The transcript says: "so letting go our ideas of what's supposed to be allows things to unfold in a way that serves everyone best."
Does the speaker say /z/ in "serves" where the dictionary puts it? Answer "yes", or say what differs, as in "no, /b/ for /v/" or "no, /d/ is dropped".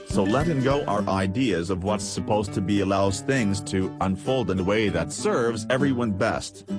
yes